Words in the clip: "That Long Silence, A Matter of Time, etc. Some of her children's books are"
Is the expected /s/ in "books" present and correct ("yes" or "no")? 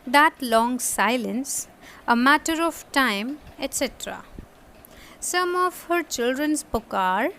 no